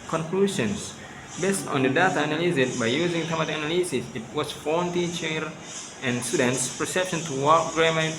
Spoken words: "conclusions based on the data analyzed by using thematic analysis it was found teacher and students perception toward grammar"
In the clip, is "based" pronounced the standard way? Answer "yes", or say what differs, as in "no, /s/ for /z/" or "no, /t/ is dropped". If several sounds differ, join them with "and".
yes